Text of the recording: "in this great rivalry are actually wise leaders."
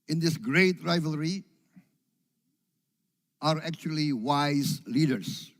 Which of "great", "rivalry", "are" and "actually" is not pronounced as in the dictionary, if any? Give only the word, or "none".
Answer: none